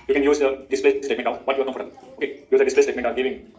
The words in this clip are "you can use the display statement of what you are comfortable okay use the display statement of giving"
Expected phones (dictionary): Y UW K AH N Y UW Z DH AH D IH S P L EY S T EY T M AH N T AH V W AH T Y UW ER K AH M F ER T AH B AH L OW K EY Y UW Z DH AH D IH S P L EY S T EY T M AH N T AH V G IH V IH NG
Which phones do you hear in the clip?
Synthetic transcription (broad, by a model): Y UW K AH N Y UW Z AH D IH S P L EY S T EY T M AH N T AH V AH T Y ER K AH F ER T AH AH OW K EY Y UW Z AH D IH S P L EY S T EY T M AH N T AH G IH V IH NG